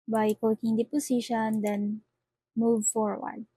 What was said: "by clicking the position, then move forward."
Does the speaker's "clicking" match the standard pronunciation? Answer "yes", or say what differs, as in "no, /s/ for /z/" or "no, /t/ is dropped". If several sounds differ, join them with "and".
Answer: no, /l/ is dropped